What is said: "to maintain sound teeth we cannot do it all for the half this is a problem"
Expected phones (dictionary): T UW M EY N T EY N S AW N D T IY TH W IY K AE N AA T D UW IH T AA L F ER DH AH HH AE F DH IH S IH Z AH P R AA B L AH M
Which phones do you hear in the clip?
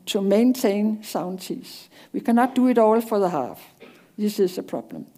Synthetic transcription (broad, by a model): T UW M EY N T EY N S AW N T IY S W IY K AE N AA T D UW IH T AA L F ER DH AH HH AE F DH IH S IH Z AH P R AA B L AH M